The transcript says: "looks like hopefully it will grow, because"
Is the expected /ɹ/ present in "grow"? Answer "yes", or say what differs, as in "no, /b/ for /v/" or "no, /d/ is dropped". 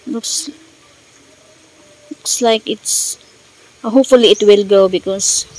no, /ɹ/ is dropped